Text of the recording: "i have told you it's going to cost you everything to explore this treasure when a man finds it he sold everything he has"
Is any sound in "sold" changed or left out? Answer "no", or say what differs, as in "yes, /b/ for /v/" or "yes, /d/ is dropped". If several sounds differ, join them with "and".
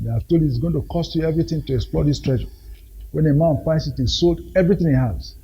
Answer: no